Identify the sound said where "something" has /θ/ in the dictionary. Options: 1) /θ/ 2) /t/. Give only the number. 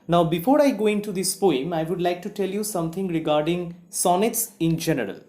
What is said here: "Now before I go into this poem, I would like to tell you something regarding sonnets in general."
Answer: 2